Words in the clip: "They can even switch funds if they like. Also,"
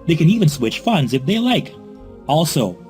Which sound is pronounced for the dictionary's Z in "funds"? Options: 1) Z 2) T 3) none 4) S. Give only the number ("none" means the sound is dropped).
1